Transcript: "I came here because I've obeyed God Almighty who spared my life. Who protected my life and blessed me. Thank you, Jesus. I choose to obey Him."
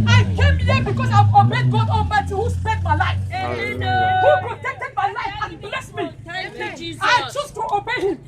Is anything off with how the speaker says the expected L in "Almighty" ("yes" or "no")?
yes